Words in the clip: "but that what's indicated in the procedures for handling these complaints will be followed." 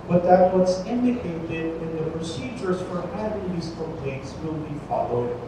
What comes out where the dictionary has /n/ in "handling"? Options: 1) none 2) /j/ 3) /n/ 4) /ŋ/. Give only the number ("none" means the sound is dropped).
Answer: 1